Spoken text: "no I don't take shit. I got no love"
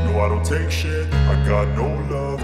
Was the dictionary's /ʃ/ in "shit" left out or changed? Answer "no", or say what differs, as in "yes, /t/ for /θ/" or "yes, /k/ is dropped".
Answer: no